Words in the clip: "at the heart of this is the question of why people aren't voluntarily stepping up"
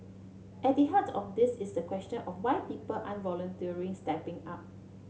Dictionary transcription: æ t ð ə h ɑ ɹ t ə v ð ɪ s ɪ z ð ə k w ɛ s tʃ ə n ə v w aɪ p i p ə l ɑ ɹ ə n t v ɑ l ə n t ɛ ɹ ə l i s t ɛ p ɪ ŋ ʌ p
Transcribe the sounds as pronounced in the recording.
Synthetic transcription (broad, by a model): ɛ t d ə h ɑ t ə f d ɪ s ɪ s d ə k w ɛ s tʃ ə n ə f w aɪ p i p ə l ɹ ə n v ɑ l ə n t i ə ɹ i s t ɛ p ɪ ŋ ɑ p